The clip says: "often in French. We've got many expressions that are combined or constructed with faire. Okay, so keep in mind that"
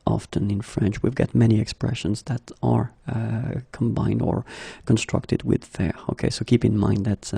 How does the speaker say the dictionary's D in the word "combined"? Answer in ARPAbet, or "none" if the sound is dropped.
D